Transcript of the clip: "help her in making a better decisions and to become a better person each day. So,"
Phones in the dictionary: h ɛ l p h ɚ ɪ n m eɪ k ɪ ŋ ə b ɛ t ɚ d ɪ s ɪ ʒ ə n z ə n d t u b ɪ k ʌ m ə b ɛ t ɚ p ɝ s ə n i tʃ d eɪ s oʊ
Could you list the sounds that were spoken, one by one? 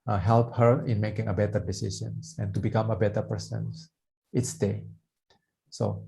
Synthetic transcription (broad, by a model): h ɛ l p h ɚ ɪ n m eɪ k ɪ ŋ ə b ɛ t ɚ d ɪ s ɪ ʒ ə n s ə n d t u b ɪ k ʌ m ə b ɛ t ɚ p ɝ s ə n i s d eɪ s oʊ